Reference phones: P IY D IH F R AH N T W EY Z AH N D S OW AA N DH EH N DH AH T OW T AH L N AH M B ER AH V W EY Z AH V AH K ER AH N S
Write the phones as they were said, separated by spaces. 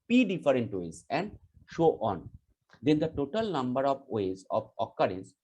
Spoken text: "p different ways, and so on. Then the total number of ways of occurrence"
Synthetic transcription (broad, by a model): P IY D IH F R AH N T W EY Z AH N D SH OW AA N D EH N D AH T OW T AH L N AH M B ER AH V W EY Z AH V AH K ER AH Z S